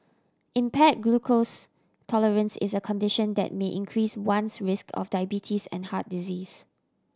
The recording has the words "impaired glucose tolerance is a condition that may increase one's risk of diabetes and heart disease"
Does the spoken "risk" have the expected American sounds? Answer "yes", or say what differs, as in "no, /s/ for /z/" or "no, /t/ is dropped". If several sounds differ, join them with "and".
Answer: yes